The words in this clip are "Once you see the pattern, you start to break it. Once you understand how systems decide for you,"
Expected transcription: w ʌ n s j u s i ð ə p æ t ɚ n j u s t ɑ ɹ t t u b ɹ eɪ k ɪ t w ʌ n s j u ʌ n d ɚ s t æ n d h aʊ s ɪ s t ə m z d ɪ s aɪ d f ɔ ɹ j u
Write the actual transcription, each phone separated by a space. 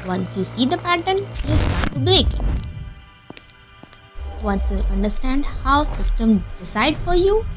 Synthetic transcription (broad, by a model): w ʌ n s j u s i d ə p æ t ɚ n j u s t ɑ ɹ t t u b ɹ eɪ k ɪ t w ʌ n s j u ʌ n d ɚ s t æ n d h aʊ s ɪ s t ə m d ɪ s aɪ d f ɔ ɹ j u